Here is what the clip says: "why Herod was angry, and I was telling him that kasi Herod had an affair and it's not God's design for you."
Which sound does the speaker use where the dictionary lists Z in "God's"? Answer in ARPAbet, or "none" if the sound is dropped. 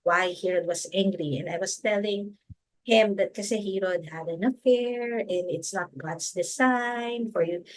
S